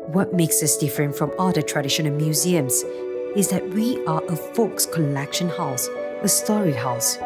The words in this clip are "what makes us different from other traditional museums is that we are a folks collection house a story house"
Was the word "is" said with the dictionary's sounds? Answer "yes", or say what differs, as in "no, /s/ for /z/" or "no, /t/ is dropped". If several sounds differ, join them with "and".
yes